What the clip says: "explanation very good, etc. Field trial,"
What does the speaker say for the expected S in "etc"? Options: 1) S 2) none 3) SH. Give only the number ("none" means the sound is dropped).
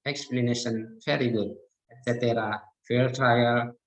2